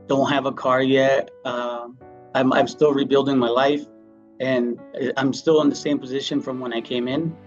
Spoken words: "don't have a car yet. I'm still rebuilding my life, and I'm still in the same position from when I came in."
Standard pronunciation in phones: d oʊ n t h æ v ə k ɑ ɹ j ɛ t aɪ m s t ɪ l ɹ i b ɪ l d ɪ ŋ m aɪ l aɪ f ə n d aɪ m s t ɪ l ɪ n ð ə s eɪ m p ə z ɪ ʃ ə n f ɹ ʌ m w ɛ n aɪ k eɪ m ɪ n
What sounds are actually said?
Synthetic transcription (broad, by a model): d oʊ n t h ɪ v ə k ɑ ɹ j ɛ t aɪ m s t ɪ l ɹ i b ɪ l d ɪ ŋ m aɪ l aɪ f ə n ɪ aɪ m s t ɪ l ɪ n ð ə s eɪ m p ə z ɪ ʃ ə n f ɹ ʌ m w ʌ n aɪ k eɪ m ɪ n